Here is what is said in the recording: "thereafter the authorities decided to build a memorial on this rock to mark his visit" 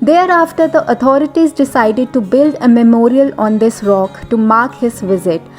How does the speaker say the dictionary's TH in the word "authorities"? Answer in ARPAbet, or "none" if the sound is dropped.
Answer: T